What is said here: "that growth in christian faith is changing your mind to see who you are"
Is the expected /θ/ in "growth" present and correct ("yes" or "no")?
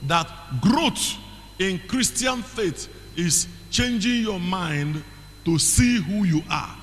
no